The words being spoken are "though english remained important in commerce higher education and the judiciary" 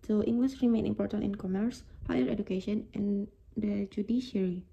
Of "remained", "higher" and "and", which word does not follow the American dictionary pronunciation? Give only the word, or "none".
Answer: remained